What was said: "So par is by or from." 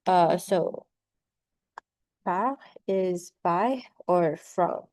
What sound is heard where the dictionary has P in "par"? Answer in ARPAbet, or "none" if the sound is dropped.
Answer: B